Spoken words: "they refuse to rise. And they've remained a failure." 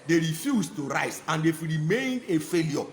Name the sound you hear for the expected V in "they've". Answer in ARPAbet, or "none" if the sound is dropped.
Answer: F